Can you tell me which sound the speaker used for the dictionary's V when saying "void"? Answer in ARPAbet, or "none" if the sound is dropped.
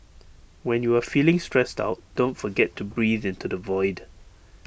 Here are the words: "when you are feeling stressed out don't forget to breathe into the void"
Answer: V